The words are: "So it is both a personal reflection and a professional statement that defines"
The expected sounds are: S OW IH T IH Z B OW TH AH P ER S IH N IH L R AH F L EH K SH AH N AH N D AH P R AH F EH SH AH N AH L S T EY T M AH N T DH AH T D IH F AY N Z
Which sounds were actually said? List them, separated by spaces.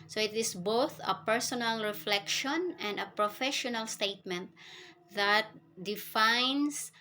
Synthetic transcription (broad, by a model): S OW IH T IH S B OW TH AH P ER S IH N IH L R AH F L EH K SH AH N AH N D AH P R AH F EH SH AH N AH L S T EY T M AH N T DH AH T D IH F AY N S